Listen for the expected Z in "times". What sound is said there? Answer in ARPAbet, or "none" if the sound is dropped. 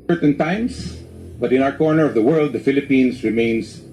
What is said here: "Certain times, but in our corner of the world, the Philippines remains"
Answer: S